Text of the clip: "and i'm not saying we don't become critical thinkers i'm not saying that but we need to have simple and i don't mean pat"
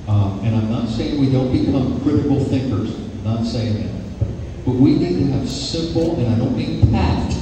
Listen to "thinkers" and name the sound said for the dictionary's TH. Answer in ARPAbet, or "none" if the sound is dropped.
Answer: TH